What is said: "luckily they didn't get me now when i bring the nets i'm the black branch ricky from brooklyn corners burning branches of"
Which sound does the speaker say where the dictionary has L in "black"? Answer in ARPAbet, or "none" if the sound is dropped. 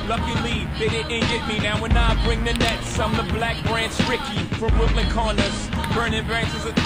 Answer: L